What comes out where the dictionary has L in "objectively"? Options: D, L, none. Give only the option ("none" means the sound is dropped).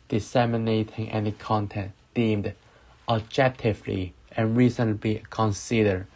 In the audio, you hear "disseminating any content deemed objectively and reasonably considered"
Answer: L